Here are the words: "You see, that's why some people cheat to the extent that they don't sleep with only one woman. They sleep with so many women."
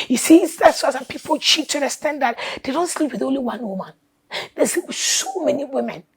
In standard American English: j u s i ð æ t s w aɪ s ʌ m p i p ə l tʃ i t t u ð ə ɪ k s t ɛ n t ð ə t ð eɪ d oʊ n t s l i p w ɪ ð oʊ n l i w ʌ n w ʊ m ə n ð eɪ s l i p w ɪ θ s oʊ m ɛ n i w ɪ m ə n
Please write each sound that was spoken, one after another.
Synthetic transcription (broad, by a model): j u s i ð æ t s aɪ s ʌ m p i p ə l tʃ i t t u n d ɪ s t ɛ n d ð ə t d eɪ d oʊ n t s l i p w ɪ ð oʊ n l i w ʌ n w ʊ m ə n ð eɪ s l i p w s oʊ m ɛ n i w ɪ m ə n